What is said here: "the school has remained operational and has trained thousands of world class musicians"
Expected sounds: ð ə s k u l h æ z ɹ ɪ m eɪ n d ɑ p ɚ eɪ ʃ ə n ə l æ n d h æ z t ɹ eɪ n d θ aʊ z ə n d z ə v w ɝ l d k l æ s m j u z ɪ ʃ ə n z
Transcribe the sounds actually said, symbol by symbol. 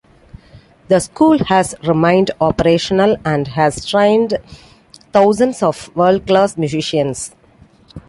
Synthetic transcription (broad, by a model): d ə s k u l h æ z ɹ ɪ m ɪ n d ɑ p ɚ eɪ ʃ ə n ə l æ n d h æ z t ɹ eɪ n d t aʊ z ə n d s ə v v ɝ l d k l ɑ s m j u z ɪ ʃ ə n s